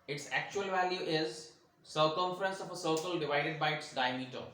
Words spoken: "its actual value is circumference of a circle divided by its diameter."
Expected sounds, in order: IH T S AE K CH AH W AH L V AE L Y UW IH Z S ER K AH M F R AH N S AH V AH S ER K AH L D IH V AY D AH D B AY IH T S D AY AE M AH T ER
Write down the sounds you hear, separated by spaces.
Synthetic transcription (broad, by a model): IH T S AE K CH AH AH L V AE L Y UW IH Z S ER K AH M F R AH N S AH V AH S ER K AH L D IH V AY D AH D B AY IH T S D AY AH M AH T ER